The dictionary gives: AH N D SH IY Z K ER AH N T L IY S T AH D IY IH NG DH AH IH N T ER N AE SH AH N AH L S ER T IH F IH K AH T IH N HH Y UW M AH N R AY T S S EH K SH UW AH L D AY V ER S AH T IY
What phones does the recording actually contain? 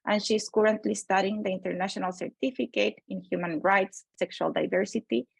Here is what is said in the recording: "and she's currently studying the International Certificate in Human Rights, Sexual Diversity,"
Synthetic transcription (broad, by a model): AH N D SH IY S K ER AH N T L IY S T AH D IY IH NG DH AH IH N T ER N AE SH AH N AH L S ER T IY F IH K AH T IH N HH Y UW M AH N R AY T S S EH K SH UW AH L D AY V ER S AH T IY